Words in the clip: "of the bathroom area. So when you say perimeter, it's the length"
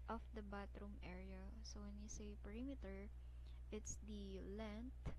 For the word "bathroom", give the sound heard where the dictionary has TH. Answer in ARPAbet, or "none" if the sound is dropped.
T